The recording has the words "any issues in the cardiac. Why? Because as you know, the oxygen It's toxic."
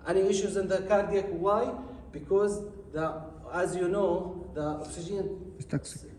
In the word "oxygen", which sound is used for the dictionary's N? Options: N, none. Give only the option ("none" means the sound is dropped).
none